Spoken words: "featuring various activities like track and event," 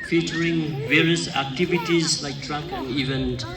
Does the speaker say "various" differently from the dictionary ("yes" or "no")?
no